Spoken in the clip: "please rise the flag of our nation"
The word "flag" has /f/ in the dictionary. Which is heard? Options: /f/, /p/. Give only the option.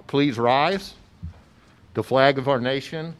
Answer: /f/